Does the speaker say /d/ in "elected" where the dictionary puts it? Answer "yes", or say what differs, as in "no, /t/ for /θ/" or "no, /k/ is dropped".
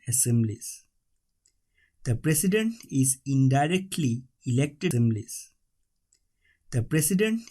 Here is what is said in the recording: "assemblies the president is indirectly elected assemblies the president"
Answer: no, /d/ is dropped